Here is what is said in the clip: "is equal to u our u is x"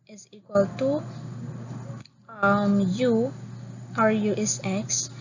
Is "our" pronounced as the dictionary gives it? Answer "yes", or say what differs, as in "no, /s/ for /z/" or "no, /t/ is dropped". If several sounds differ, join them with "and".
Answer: yes